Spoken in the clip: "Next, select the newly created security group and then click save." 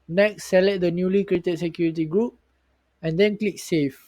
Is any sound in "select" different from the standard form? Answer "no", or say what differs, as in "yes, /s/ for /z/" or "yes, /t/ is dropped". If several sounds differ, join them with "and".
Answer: yes, /k/ is dropped